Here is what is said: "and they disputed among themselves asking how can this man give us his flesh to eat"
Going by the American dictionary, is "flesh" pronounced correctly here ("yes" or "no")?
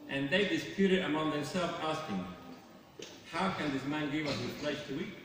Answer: no